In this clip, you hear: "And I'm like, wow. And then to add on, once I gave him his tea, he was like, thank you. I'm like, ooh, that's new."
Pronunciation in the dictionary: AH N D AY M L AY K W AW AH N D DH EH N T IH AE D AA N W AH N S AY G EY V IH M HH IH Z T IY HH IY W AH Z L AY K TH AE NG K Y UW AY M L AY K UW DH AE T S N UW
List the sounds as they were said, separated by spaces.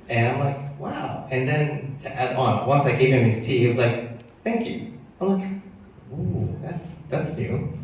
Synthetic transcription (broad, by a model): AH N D AY M L AY K W AW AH N DH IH N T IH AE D AA N W AH N S AY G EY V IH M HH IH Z T IY HH IY W AH Z L AY K TH AE NG K Y UW AY M L AY K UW DH AE T S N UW